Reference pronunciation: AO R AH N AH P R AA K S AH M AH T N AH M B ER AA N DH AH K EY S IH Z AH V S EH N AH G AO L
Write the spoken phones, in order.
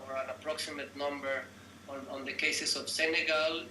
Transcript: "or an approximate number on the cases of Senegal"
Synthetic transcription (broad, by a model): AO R AH N AH P R AA K S AH M AH T N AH M B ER AA N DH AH K EY S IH S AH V S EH N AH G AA L